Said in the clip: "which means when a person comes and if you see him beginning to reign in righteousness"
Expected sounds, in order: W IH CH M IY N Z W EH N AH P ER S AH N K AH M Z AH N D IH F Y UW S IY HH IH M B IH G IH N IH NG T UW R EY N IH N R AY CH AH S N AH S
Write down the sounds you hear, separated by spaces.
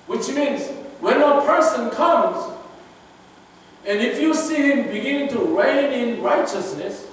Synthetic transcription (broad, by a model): W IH CH M IY N Z W EH N AH P ER S AH N K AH M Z AH N D IH F Y UW S IY HH IH M B IH G IH N IH NG T UW R EY N IH N R AY CH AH S N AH S